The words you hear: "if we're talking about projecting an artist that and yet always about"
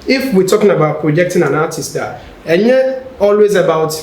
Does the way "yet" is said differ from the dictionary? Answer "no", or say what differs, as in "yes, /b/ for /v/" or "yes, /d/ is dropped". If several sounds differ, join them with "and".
yes, /t/ is dropped